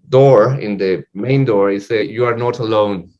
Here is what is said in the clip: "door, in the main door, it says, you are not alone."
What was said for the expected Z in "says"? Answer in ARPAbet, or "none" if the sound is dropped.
none